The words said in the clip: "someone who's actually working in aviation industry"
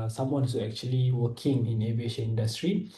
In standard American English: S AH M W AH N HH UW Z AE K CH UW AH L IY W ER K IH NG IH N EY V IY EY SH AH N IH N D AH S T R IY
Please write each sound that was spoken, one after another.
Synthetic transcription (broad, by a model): S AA M W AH N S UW EH K CH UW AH L IY W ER K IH NG IH N EY V IY EY SH AH N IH N D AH S T R IY